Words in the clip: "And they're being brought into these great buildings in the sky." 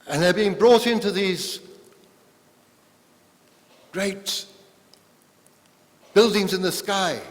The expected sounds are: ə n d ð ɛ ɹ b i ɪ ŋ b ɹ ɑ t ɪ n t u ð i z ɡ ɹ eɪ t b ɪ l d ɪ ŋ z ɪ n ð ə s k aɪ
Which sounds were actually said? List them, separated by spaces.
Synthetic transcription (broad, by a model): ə n ð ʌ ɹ b i ɪ ŋ b ɹ ɑ t ɪ n t u ð i z ɡ ɹ eɪ t b ɪ l d ɪ ŋ z ɪ n ð ə s k aɪ